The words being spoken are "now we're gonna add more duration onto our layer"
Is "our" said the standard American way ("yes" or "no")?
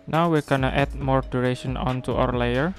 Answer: no